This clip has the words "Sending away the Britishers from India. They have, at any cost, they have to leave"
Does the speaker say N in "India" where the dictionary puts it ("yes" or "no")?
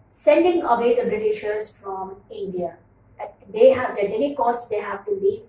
yes